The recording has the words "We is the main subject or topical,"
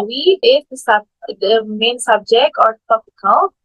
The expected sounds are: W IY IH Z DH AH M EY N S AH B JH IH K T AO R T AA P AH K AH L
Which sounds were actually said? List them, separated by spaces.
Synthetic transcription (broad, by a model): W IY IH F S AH M EY N S AH B JH IH K T AO R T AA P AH K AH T